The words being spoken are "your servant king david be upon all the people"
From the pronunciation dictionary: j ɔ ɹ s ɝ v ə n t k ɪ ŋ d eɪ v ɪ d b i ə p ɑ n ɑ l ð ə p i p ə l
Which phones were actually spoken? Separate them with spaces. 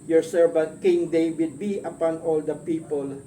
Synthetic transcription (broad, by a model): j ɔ ɹ s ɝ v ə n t k ɪ ŋ d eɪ w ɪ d b i ə p ɑ n ɑ l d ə p i p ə l